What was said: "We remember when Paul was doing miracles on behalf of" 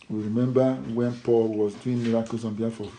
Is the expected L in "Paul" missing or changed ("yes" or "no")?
no